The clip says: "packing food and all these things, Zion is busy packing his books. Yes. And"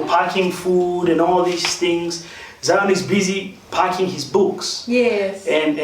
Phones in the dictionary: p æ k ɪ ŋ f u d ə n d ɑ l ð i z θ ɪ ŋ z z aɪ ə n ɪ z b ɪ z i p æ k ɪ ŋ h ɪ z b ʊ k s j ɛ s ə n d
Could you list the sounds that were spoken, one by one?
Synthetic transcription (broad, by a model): p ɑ k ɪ ŋ f u d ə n ɑ l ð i s θ ɪ ŋ z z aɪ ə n ɪ z b ɪ z i p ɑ k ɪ ŋ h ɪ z b ʊ k s j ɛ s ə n